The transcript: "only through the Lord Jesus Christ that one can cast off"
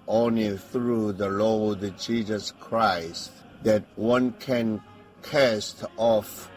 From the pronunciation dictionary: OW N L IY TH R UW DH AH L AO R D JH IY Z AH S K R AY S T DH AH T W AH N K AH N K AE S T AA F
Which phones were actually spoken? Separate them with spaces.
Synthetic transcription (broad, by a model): OW N L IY TH R UW DH AH L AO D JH IY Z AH S K R AY S T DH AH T W AH N K AH N K AE S T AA F